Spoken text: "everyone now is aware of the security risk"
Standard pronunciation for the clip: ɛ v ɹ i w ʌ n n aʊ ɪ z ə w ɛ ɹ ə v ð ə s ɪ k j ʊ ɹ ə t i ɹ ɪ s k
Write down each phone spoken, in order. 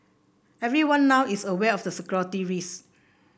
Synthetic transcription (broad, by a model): ɛ v ɹ i w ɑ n n aʊ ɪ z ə w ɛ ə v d ə s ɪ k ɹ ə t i ɹ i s